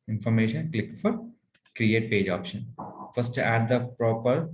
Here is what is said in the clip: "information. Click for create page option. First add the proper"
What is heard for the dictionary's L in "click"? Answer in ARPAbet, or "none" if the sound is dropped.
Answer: L